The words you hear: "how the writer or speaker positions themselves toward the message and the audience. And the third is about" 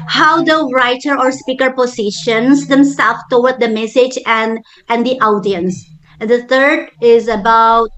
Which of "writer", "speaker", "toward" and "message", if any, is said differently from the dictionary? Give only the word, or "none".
toward